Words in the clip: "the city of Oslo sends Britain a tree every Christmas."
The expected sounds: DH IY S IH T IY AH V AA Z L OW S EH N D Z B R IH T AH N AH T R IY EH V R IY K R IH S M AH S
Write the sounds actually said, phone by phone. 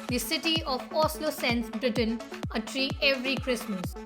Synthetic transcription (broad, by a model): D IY S IH T IY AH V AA S L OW S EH N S B R IH T AH N AH T R IY EH V R IY K R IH S M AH S